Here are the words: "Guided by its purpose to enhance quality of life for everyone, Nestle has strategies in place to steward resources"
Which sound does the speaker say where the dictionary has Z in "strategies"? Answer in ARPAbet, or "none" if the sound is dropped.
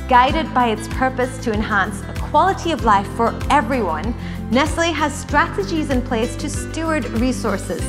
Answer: Z